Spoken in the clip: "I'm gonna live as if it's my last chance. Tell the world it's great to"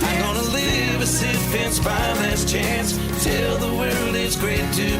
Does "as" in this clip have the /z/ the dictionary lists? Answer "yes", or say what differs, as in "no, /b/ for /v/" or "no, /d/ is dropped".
no, /s/ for /z/